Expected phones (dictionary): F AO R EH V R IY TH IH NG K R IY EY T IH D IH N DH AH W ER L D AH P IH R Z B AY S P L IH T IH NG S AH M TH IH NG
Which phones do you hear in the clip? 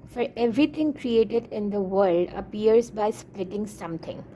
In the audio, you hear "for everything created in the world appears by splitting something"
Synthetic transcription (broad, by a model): F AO R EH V R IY T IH NG K R IY EY T IH D IH N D AH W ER L D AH P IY R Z B AY S P L IH T IH NG S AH M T IH NG